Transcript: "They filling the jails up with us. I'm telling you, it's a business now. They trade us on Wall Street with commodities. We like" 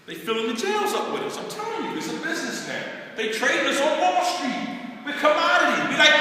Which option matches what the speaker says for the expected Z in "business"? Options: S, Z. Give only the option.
Z